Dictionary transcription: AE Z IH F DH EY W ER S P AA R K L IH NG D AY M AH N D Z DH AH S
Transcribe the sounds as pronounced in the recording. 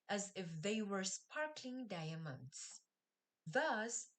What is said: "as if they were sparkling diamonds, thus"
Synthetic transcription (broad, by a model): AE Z IH F DH EY W ER S P AA R K L IH NG D AY M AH N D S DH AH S